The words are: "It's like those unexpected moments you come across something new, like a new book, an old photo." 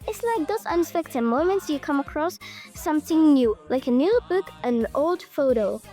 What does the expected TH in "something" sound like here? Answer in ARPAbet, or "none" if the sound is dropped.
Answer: TH